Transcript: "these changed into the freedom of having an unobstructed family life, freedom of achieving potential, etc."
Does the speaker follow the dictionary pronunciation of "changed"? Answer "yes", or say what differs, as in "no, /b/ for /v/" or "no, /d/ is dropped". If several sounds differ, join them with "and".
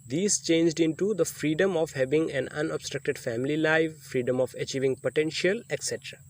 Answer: yes